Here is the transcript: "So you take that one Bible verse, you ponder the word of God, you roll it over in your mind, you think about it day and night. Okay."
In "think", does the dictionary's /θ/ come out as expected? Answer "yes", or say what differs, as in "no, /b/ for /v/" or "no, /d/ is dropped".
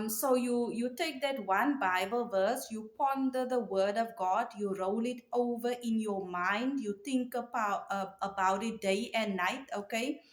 no, /t/ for /θ/